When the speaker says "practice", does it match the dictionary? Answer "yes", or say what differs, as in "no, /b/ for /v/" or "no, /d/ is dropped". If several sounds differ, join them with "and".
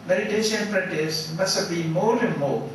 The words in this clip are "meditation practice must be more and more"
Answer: no, /k/ is dropped